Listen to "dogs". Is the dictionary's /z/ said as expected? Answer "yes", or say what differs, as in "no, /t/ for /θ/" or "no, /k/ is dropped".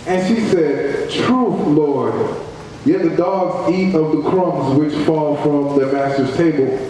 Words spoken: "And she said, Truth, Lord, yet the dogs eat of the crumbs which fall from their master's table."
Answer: yes